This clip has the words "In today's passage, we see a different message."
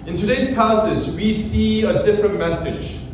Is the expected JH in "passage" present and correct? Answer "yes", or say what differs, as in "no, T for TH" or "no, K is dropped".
no, Z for JH